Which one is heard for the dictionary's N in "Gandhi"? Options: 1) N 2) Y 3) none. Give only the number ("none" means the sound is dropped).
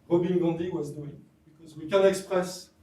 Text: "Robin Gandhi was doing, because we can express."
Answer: 3